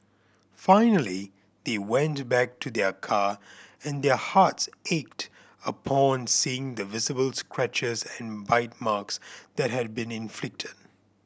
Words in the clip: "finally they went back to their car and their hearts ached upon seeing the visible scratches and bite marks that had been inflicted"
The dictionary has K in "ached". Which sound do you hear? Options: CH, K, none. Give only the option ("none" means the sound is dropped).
K